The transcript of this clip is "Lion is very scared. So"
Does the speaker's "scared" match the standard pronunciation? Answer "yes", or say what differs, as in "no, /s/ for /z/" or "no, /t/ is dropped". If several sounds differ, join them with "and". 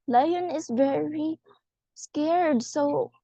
yes